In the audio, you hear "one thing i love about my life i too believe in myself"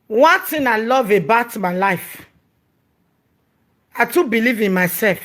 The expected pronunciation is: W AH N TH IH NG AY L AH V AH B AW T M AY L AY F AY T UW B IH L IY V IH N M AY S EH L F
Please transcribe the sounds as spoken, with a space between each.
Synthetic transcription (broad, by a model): W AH N T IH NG AY L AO V AH B AW T M AY L AY F AY T UW B IH L IY V IH N M AY S EH L F